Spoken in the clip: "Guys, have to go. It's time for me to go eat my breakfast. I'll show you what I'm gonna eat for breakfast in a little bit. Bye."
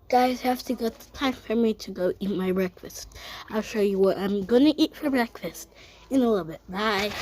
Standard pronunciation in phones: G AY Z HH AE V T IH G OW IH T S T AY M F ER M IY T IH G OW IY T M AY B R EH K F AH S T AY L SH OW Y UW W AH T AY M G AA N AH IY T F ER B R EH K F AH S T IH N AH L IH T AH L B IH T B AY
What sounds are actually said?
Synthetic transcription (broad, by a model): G AY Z HH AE F T IH G OW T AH T AY M F ER M IY T IH G OW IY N M AY B R EH K F AH S T AY L SH OW Y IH W AH T AY M G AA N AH IY T F ER B R EH K F AH S T IH N AH L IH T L B IH T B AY